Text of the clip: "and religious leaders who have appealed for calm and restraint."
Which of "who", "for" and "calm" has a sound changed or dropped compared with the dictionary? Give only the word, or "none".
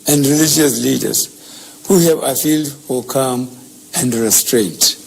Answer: for